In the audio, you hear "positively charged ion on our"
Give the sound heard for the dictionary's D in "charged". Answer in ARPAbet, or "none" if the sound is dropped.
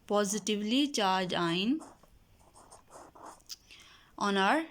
none